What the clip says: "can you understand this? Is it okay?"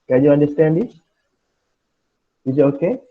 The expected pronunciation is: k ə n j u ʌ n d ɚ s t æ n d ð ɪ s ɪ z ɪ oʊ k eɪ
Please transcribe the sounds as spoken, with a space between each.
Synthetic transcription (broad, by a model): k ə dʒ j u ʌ n d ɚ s t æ n d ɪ ɪ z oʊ k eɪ